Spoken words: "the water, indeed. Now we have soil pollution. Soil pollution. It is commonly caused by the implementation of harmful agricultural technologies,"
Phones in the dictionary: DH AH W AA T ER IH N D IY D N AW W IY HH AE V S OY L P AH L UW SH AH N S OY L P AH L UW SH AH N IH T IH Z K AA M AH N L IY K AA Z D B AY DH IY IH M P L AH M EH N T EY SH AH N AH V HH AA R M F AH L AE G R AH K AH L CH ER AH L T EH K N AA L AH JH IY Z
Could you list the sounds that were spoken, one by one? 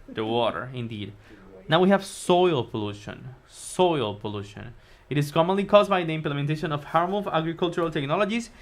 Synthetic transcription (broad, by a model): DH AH W AA T ER IH N D IY D N AW W IY HH AE V S OY L P AH L UW SH AH N S OY L P AH L UW SH AH N IH T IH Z K AA M AH N L IY K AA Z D B AY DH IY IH M P L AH M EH N T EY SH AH N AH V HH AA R M AH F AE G R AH K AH L CH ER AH L T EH K N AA L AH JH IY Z